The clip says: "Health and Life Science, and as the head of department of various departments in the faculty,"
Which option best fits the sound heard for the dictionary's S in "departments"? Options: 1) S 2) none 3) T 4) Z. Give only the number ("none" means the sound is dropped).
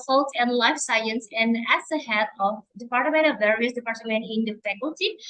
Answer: 2